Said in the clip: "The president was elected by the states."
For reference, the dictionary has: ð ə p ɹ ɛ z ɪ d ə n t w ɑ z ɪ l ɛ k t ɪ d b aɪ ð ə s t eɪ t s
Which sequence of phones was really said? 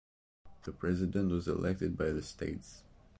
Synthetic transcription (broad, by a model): ð ə p ɹ ɛ z ɪ d ə n t w ɑ z ɪ l ɛ k t ɪ d b aɪ ð ə s t eɪ t s